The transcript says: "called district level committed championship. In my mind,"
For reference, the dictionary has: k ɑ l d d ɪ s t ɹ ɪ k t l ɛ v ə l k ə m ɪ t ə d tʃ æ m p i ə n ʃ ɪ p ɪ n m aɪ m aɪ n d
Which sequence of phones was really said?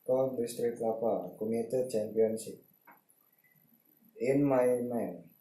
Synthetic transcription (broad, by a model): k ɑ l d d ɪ s t ɹ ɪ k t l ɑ p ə k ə m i t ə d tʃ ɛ m p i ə n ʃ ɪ p ɪ n m aɪ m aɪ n